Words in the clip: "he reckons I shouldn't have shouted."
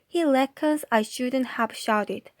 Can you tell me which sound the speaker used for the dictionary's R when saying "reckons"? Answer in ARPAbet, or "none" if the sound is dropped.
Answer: L